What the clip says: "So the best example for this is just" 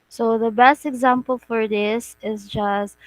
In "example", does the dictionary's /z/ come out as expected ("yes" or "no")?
yes